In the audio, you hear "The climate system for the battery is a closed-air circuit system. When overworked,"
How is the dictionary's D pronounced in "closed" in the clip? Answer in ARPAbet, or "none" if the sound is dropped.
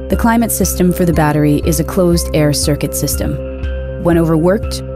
D